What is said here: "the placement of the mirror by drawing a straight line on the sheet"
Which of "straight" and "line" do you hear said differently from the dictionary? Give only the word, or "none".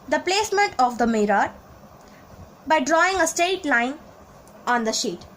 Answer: straight